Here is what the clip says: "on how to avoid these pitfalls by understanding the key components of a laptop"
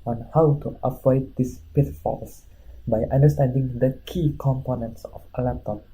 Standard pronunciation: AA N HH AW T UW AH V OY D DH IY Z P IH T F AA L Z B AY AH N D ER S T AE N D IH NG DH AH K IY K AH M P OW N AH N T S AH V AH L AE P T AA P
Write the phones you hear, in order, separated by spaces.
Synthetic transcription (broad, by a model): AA N HH AW T UW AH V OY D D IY S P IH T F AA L S B AY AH N D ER S T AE N D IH NG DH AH K IY K AH M P OW N AH N T S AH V AH L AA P T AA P